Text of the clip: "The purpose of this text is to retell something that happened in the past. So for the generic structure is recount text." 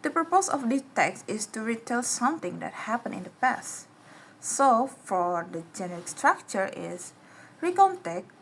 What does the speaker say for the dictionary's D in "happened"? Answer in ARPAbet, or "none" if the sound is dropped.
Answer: none